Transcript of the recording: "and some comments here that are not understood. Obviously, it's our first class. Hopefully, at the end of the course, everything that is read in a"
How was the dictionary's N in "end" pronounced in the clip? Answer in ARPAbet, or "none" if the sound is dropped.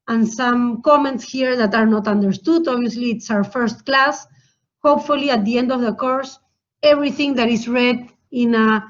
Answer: N